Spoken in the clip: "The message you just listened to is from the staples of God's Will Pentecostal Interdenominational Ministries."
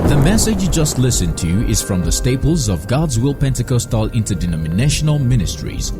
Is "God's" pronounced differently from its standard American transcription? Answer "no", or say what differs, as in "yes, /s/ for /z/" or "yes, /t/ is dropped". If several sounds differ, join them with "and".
no